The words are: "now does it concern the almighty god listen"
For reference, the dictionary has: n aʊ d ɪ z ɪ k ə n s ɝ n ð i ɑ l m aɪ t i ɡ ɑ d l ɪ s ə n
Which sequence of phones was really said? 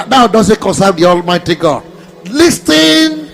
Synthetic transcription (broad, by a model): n aʊ d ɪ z ɪ k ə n s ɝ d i ɑ l m aɪ t i ɡ ɑ d l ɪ s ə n